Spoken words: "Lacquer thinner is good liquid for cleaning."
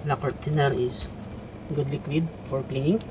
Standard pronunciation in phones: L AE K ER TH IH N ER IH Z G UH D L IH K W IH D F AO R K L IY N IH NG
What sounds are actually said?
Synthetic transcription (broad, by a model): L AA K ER T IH N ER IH S G UH D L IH K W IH D F AO R K L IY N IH NG